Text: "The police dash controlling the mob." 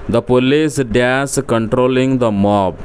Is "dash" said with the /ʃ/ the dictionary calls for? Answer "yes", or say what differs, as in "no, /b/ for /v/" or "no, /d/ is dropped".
no, /s/ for /ʃ/